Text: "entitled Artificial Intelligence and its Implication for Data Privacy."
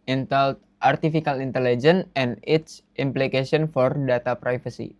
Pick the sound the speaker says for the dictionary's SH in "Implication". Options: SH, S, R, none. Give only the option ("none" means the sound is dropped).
S